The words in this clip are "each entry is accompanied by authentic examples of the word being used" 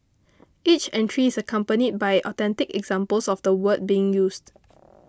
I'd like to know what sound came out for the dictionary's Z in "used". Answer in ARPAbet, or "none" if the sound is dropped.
S